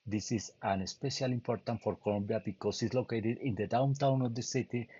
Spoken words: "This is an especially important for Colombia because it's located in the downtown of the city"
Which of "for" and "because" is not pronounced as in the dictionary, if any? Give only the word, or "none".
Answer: because